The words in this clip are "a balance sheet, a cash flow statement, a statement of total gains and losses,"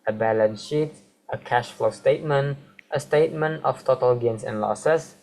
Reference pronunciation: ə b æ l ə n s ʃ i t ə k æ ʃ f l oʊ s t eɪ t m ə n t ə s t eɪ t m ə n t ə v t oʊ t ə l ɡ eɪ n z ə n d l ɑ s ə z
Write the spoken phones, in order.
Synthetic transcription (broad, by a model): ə b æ l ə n ʃ i t ə k æ ʃ f l oʊ s t eɪ t m ə n t ə s t eɪ t m ə n t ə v t oʊ t ə l ɡ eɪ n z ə n l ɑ s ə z